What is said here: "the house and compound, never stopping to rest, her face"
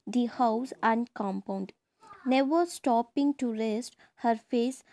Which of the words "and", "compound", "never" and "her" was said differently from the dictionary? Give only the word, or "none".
none